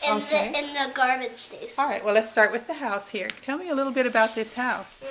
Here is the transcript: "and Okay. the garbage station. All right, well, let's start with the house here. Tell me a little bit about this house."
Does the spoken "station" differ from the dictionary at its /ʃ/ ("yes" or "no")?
yes